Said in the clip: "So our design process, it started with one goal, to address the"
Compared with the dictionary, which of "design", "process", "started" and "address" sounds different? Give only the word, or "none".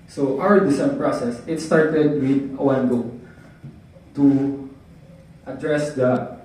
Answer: design